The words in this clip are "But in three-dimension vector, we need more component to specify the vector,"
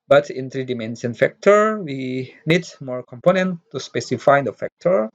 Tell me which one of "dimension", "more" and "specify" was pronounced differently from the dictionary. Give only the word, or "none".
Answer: dimension